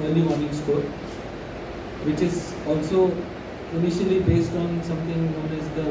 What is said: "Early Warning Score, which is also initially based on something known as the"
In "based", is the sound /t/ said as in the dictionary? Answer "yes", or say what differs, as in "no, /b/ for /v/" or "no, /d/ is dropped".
yes